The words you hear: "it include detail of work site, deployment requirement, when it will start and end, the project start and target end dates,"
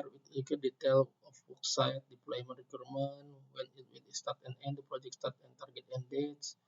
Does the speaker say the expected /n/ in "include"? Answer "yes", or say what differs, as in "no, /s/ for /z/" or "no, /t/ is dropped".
no, /n/ is dropped